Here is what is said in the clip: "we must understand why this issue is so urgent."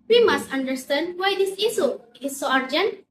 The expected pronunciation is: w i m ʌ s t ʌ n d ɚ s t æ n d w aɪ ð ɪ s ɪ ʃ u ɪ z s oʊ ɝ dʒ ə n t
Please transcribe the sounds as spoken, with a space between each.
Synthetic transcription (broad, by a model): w i m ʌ s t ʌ n d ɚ s t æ n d w aɪ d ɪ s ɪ s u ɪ s oʊ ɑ dʒ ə n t